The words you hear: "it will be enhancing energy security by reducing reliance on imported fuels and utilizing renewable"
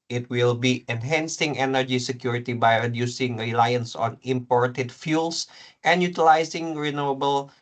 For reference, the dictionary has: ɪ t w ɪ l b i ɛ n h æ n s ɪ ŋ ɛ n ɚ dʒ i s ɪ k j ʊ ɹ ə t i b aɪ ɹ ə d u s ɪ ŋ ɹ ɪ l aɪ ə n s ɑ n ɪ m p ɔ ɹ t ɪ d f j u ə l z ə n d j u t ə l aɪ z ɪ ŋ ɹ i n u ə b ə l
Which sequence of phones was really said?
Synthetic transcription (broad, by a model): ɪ t w ɪ l b i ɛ n h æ n s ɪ ŋ ɛ n ɚ dʒ i s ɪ k j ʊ ɹ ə t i b aɪ ɹ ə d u s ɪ ŋ ɹ ɪ l aɪ ə n s ɑ n ɪ m p ɔ ɹ t ɪ d f j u l s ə n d j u t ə l aɪ s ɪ ŋ ɹ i n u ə b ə l